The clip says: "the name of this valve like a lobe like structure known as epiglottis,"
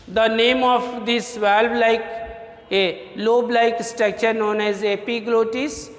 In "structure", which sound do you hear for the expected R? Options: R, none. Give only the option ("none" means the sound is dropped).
none